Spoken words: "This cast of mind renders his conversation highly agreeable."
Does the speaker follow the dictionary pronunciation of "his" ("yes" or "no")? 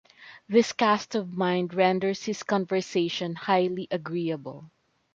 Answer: no